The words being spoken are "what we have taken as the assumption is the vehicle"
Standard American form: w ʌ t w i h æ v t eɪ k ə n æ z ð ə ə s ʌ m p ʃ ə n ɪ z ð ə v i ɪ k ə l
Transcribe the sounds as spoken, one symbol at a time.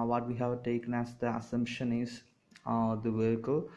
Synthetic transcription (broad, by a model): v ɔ t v i h æ v t eɪ k ə n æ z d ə ə s ʌ m p ʃ ə n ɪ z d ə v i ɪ k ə l